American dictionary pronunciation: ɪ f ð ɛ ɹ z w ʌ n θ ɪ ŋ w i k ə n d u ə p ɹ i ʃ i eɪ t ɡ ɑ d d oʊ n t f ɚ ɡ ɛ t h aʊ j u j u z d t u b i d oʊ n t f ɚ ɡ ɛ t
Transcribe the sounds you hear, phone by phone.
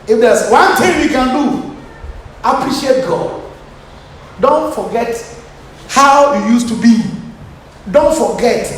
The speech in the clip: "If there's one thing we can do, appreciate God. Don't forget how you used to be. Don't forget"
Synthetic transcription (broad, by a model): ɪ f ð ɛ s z w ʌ n t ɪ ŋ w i k ə n d u ə p ɹ i ʃ i eɪ t ɡ ɑ d d oʊ n t f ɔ ɡ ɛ t h aʊ j u j u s t u b i d oʊ n t f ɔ ɡ ɛ t